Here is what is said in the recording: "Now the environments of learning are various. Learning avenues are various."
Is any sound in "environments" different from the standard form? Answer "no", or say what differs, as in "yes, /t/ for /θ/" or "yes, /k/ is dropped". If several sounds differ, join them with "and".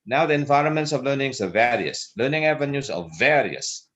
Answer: no